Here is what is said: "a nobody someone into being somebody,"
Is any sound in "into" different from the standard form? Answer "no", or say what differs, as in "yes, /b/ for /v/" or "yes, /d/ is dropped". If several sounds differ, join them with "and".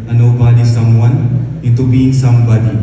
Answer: yes, /n/ is dropped